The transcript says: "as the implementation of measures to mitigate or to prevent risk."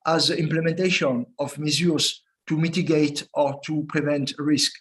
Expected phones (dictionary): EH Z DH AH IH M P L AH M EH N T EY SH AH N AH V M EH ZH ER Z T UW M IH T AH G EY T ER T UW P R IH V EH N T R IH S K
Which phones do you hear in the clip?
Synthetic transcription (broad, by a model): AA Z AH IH M P L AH M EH N T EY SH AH N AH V M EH Z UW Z T UW M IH T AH G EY T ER T UW P R IH V EH N T R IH S K